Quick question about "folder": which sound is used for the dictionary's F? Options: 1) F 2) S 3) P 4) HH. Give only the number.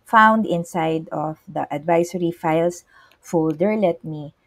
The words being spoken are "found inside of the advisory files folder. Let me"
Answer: 1